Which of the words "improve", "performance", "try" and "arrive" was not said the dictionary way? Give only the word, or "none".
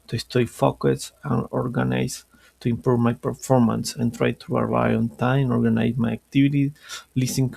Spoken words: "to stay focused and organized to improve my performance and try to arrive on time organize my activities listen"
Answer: arrive